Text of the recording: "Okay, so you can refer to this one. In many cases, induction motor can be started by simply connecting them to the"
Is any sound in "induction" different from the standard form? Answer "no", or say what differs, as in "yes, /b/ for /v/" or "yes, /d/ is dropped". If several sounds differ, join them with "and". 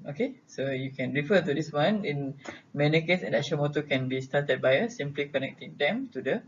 yes, /k/ is dropped